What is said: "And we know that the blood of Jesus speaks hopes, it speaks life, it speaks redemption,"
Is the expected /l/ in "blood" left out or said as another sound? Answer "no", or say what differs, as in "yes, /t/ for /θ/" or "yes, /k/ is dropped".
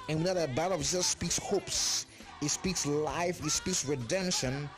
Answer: yes, /l/ is dropped